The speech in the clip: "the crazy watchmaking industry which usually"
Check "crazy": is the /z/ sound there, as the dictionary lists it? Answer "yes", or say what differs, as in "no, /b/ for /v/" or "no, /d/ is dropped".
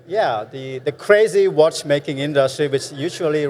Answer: yes